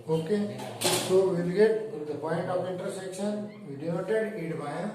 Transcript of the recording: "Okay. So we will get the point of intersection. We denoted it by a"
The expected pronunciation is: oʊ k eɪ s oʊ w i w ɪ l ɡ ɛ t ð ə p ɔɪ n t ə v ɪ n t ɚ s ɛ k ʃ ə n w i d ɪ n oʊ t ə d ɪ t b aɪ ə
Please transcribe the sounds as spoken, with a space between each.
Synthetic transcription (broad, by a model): oʊ k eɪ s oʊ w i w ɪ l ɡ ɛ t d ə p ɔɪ n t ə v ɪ n t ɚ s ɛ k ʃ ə n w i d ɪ oʊ t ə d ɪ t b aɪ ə